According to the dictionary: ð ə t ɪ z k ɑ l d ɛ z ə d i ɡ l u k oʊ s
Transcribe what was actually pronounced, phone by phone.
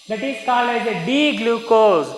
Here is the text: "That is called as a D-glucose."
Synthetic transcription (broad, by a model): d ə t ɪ s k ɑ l ɛ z ə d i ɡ l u k oʊ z